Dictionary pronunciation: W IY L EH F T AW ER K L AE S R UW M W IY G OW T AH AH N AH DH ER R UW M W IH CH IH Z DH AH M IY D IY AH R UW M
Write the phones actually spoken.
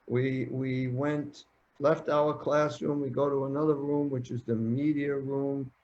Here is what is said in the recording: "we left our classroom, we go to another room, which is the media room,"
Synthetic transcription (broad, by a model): W IY L EH F T AW ER K L AE S R UW M W IY G OW T AH AH N AH DH ER R UW M W IH CH IH Z DH AH M IY D IY AH R UW M